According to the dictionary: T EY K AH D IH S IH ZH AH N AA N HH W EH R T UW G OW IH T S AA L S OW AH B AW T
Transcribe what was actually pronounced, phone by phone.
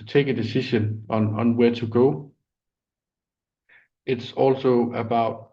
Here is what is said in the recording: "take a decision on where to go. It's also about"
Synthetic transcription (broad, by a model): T EY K AH D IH S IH SH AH N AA N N W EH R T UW G OW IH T S AA L S OW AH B AW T